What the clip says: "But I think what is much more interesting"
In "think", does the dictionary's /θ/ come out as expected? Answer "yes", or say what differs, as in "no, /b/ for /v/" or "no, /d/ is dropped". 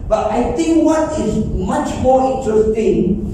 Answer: no, /t/ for /θ/